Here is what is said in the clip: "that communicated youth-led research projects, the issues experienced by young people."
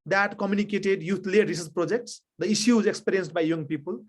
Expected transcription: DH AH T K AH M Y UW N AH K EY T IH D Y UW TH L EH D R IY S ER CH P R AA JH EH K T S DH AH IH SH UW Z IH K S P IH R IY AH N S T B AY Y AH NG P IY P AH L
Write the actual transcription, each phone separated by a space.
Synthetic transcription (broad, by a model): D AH T K AH M Y UW N AH K EY T IH D Y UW T L EH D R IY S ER S P R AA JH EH K T S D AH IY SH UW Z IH K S P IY R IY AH N S T B AY Y AH NG P IY P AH L